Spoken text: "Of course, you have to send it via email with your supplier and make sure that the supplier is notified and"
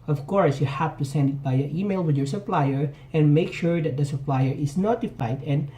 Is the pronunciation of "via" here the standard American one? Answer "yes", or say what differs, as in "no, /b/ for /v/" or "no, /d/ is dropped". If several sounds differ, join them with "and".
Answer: no, /b/ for /v/